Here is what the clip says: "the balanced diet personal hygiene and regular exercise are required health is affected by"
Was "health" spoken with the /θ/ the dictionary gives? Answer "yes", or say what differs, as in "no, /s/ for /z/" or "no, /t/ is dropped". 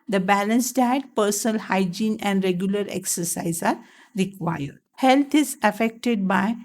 no, /t/ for /θ/